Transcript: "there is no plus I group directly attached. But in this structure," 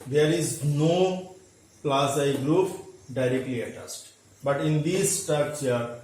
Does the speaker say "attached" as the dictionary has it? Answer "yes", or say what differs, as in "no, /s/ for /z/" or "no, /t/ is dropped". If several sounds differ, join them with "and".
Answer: no, /s/ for /tʃ/